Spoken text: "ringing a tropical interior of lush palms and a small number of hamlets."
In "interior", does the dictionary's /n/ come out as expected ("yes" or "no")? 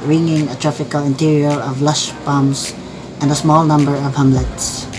yes